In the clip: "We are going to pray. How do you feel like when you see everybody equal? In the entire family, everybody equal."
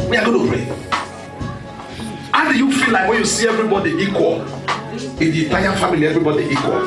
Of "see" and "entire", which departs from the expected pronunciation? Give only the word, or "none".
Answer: entire